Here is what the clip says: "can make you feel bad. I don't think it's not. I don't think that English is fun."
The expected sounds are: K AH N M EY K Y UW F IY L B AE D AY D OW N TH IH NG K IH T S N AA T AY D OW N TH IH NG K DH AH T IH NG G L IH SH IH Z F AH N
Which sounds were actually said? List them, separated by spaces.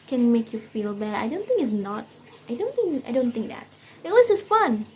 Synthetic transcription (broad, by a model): K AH N M EY K Y UW F IY L B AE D AY D OW N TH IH NG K IH T S N AA T AY D OW N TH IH NG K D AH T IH NG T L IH S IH S F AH N